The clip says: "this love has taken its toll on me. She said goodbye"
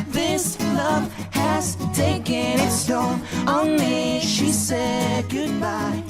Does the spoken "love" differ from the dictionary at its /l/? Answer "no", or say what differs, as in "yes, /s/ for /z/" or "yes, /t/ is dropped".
no